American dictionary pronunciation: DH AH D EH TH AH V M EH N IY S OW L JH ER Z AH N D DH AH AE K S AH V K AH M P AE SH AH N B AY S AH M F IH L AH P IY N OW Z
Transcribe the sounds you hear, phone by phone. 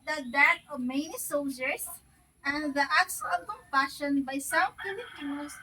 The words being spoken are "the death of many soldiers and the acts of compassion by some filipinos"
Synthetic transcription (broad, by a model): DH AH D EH T AH V M EH N IY S OW L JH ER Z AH N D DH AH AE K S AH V K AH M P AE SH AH N B AY S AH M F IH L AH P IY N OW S